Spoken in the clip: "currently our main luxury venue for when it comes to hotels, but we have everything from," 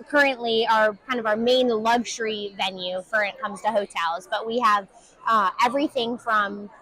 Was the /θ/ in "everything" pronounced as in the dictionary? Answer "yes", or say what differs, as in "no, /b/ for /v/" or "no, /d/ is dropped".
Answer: yes